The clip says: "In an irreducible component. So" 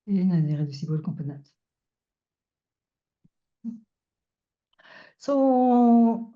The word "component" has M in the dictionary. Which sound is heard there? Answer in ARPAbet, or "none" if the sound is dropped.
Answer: none